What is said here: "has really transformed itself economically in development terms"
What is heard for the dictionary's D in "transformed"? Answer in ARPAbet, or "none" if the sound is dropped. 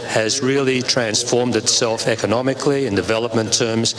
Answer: D